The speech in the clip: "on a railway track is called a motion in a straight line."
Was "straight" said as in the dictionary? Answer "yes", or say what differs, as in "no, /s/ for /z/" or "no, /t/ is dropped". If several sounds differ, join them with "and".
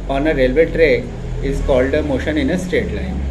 no, /ɹ/ is dropped